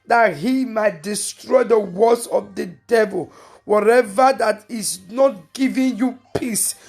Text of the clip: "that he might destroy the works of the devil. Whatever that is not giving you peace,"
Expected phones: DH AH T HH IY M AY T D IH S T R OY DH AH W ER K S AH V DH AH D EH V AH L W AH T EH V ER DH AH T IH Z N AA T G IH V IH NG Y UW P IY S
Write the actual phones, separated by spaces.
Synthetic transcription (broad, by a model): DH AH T HH IY M AY T D IH S T R OY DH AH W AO S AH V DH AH D EH V AH L W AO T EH V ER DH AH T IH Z N AA T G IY V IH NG Y UW P IY S